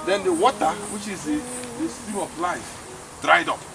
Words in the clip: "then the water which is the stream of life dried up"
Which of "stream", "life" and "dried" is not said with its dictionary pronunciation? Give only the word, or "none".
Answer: stream